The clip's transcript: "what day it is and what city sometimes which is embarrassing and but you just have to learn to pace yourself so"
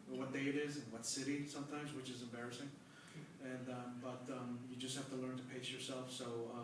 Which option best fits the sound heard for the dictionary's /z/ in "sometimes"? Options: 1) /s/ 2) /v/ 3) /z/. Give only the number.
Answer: 3